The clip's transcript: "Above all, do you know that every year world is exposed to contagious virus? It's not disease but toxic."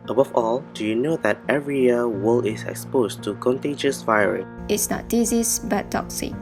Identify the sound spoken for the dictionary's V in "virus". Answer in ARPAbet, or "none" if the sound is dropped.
V